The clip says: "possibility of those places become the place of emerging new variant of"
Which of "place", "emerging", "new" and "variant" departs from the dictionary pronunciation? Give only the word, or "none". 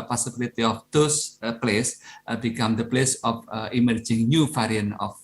variant